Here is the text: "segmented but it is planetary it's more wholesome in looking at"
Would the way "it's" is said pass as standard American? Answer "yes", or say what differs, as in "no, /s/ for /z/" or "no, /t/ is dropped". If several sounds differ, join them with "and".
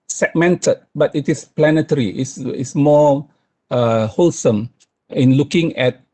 no, /s/ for /t/